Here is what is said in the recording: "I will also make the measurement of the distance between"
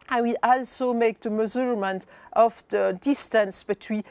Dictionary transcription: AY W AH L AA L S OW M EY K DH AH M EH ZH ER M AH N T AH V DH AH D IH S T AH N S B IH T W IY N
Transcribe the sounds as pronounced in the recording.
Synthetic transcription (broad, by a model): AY W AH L AA L S OW M EY K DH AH M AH Z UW M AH N T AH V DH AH D IH S T AH N S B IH T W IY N